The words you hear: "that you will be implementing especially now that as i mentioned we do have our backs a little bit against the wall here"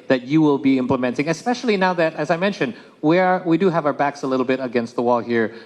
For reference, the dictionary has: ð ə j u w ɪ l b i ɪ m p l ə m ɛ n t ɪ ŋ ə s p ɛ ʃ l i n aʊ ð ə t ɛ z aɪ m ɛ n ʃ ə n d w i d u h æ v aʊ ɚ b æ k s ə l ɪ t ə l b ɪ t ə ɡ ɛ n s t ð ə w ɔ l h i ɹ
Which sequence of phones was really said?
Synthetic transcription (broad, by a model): ð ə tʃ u w ɪ l b i ɪ m p l ə m ɛ n t ɪ ŋ ə s p ɛ ʃ l i n aʊ ð ə t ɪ z aɪ m ɛ n ʃ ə n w w i d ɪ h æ v aʊ ɚ b æ k s ə l ɪ t l b ɪ t ə ɡ ɛ n s t ð ə w ɔ l h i ɹ